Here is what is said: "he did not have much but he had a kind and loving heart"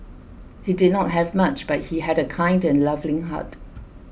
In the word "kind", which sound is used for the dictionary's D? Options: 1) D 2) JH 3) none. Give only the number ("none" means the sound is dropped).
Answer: 1